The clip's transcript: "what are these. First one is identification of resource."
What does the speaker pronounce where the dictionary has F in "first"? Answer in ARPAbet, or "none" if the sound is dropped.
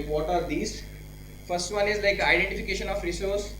F